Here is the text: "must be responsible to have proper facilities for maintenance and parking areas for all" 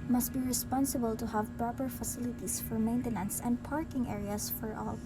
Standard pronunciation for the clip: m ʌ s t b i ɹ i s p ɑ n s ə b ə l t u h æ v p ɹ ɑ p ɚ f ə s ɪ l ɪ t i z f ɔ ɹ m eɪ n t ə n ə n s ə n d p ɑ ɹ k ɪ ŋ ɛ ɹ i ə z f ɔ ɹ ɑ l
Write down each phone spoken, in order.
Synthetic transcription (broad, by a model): m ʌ s t b i ɹ i s p ɑ n s ə b ə l t u h æ v p ɹ ɑ p ɚ f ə s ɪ l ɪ t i s f ɔ ɹ m eɪ n t ə n ə n s ə n d p ɑ ɹ k ɪ ŋ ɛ ɹ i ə s f ɔ ɹ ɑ l